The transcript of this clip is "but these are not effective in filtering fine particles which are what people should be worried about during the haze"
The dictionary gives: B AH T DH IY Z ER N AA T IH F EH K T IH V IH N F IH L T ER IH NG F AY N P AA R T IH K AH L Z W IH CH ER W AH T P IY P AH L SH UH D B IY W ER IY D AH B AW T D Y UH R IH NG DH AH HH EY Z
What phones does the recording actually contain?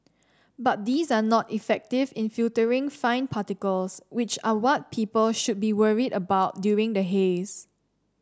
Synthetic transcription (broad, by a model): B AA T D IY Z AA N AA T IH F EH K T IH V IH N F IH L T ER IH NG F AY N P AA T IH K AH L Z W IH CH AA W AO T P IY P AH L SH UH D B IY W ER IY D AH B AW T D Y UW R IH NG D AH HH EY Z